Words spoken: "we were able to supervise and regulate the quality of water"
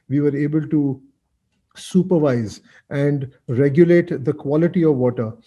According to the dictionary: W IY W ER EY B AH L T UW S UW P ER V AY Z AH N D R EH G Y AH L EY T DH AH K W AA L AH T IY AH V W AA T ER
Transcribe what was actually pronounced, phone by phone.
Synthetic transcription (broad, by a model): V IY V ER EY B AH L T UW S UW P ER V AY Z AH N D R EH G Y AH L EY T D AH K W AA L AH T IY AH V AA T ER